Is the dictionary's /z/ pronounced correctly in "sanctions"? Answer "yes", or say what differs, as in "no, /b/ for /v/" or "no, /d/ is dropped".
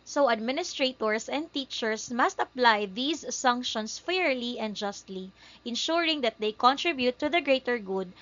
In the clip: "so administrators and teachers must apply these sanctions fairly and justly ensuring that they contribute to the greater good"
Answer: no, /s/ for /z/